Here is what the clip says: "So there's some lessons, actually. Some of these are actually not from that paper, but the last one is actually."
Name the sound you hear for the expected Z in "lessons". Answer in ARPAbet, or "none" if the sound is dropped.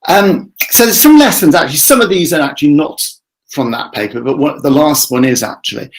Z